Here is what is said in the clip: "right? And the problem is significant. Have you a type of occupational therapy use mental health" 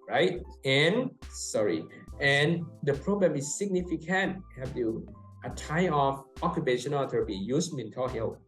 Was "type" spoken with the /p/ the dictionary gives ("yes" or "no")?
no